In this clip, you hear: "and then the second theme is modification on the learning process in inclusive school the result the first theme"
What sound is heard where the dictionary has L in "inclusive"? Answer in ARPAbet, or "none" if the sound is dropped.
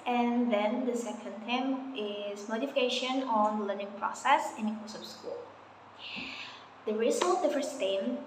none